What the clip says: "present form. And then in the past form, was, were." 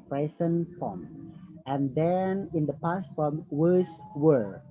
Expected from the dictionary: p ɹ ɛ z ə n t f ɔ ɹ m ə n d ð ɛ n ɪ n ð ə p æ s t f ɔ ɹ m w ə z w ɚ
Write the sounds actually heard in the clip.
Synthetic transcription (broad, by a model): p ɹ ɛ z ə n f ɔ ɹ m ə n d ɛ n ɪ n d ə p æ s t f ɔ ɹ m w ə s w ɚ